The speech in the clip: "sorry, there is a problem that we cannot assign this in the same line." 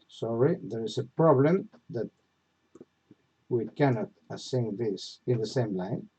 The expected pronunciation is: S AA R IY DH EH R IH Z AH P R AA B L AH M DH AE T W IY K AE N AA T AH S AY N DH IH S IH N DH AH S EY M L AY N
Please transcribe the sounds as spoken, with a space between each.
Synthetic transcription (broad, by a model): S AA R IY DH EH R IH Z AH P R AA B L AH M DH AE T W IY K AE N AA T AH S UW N DH IH S IH N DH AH S EY M L AY N